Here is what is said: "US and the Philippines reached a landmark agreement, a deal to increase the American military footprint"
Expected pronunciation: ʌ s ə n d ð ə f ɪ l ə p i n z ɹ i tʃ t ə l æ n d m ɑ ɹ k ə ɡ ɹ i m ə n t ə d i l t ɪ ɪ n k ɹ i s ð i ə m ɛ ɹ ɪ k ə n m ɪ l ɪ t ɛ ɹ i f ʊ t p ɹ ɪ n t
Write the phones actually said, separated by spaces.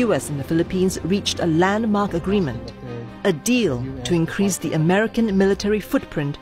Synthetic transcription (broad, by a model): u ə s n ð ə f ɪ l ə p i n z ɹ i tʃ t ə l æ n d m ɑ ɹ k ə ɡ ɹ i m ə n t ə d i l t ɪ ɪ n k ɹ i s ð i ə m ɛ ɹ ɪ k ə n m ɪ l ɪ t ɛ ɹ i f ʊ t p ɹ ɪ n t